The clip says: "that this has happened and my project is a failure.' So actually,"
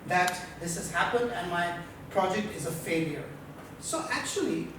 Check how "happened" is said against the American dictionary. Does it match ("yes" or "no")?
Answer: yes